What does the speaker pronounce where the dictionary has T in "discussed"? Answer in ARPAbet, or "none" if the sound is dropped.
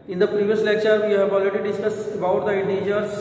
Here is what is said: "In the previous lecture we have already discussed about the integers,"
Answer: none